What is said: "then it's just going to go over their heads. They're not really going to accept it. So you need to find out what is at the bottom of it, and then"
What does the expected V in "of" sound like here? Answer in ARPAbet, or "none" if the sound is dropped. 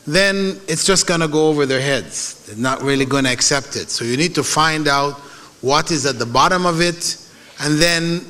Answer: V